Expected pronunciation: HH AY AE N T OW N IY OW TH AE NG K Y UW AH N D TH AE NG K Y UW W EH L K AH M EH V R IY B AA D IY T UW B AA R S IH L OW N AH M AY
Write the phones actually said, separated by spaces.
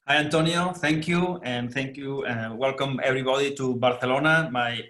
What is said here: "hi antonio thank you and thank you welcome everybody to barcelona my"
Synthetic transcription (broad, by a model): HH AY AE N T OW N IY OW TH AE NG K Y UW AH N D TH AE NG K Y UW W EH L K AH M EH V R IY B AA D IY T UW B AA R TH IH L OW N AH M AY